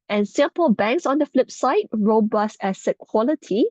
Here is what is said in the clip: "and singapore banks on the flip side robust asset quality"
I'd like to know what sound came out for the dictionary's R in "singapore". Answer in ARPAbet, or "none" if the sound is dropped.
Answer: L